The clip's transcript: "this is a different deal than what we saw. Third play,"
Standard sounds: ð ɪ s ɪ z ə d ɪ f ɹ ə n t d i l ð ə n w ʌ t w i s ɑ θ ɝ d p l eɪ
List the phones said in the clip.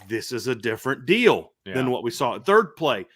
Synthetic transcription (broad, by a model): ð ɪ s ɪ z ə d ɪ f ɹ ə n d i l ð ə n w ʌ t w i s ɑ θ ɝ d p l eɪ